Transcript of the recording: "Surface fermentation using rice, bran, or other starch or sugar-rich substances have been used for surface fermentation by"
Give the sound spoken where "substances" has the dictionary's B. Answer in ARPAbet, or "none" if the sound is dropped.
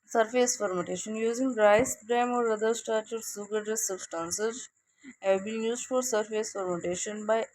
none